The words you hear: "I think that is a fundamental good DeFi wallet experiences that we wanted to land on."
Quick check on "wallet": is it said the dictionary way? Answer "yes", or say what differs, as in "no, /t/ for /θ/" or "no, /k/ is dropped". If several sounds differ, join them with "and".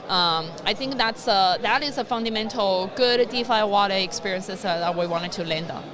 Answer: no, /t/ is dropped